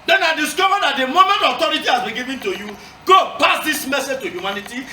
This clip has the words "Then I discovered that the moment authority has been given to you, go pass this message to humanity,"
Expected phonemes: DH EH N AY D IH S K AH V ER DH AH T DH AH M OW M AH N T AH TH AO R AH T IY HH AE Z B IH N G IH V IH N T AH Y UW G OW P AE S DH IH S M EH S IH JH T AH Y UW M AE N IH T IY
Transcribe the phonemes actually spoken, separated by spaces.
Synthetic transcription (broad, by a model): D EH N AY D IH S K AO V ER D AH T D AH M OW M AH N T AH T AO R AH T IY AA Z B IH G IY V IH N T AH Y UW G OW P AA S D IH S M EH S IH JH T AH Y UW M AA N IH T IY